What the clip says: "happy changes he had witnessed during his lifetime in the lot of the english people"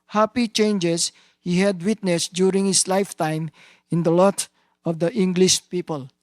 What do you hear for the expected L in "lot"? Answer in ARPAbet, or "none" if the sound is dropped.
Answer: L